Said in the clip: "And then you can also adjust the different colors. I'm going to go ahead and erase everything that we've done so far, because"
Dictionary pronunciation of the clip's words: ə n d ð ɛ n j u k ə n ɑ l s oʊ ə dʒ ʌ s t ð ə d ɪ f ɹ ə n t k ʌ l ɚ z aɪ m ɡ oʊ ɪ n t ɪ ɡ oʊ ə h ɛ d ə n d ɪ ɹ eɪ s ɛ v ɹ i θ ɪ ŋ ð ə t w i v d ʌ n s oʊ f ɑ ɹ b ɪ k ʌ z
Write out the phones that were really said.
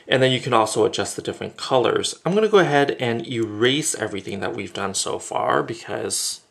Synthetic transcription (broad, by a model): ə n ð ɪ n j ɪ k ə n ɑ l s oʊ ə dʒ ʌ s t ð ə d ɪ f ɹ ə n k ʌ l ɚ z aɪ m ɡ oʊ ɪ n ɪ ɡ oʊ ə h ɛ d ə n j ɪ ɹ eɪ s ɛ v ɹ i θ ɪ ŋ ð ə t w i v d ʌ n s oʊ f ɑ ɹ b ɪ k ʌ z